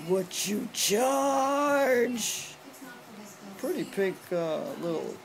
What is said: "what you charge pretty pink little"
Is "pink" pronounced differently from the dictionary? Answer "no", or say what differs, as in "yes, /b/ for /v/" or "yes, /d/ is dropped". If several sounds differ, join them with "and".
yes, /ŋ/ is dropped